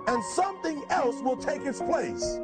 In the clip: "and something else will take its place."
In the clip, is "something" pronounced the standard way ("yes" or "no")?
yes